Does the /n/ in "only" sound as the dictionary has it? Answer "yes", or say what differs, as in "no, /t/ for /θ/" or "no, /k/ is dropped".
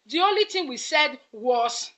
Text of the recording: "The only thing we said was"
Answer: yes